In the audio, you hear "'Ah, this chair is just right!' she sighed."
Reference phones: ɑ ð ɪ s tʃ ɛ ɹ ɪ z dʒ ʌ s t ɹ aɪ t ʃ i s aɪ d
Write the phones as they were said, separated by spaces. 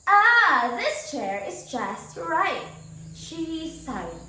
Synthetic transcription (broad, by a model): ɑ ð ɪ s tʃ ɛ ɹ ɪ z dʒ ʌ s t ɹ aɪ t ʃ i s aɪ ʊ